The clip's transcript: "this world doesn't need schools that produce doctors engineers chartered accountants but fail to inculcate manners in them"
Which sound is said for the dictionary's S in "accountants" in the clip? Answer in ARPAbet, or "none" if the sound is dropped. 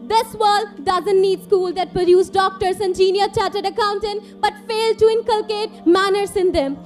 none